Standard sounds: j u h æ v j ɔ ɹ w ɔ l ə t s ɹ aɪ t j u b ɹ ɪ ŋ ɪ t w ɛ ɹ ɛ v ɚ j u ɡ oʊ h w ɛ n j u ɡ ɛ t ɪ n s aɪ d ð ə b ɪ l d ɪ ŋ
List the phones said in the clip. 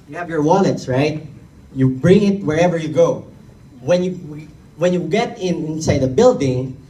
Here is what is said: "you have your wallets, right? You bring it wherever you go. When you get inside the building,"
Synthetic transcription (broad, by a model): j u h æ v j ɔ ɹ w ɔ n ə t s ɹ aɪ t j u b ɹ ɪ ŋ ɪ t w ɛ ɹ ɛ v ɚ j u ɡ oʊ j w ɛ n j u ɡ ɛ t ɪ n s aɪ d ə b ɪ l d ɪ ŋ